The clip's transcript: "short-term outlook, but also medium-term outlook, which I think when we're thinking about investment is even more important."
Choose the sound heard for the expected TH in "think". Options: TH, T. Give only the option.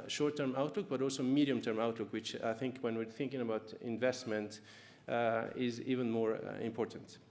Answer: TH